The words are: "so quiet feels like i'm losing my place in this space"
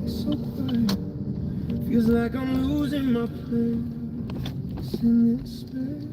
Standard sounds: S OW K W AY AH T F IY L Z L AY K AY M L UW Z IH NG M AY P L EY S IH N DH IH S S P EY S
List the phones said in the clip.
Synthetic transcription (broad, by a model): S OW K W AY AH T F IY L Z L AY K AY M L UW Z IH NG M AY P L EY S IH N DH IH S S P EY